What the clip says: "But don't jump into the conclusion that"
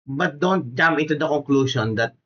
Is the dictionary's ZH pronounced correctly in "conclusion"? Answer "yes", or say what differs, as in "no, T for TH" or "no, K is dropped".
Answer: no, SH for ZH